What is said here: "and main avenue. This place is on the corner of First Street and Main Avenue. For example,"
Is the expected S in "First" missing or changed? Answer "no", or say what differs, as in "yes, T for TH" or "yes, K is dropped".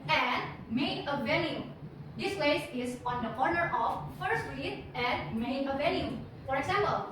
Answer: yes, S is dropped